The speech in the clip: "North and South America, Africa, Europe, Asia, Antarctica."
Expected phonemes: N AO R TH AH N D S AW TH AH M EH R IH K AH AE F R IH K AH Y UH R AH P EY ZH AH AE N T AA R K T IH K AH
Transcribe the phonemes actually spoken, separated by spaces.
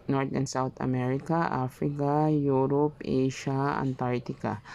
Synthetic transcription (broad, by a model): N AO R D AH N S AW T AH M EH R IH K AH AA F R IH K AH Y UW R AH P EY SH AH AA N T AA R T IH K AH